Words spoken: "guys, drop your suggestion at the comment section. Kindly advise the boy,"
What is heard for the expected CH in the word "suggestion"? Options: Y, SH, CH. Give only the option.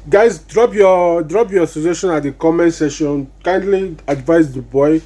SH